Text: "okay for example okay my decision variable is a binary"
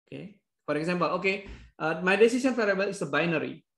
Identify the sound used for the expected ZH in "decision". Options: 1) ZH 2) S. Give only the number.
2